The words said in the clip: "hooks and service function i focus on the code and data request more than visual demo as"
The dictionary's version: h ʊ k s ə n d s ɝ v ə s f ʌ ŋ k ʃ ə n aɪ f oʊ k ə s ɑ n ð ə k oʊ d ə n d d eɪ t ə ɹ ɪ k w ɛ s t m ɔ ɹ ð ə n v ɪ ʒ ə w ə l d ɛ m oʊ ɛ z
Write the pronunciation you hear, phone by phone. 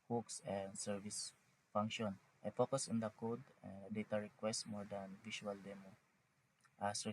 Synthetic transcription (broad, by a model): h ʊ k s ə n d s ɝ v ə s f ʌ ŋ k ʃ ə n aɪ f oʊ k ə s ɑ n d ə k oʊ d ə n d d eɪ t ə ɹ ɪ k w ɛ s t m ɔ ɹ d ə n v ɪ ʃ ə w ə l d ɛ m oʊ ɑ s